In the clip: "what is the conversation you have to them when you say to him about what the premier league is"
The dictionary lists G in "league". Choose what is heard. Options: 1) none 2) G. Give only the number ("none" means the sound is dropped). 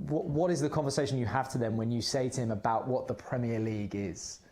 2